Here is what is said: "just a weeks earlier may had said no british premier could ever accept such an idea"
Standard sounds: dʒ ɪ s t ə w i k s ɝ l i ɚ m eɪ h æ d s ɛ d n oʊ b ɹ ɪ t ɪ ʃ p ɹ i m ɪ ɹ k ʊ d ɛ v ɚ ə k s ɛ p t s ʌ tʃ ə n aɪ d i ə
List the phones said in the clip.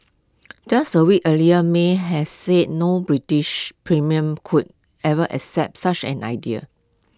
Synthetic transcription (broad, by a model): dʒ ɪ s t ə w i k ɝ l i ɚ m eɪ h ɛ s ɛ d n oʊ b ɹ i t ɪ ʃ p ɹ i m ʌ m k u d ɛ v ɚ ə k s ɛ p t s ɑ tʃ ə n aɪ d i ə